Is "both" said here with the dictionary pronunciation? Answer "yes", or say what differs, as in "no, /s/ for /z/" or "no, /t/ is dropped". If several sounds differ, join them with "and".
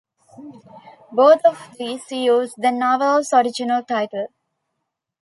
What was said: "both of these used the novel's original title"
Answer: no, /t/ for /θ/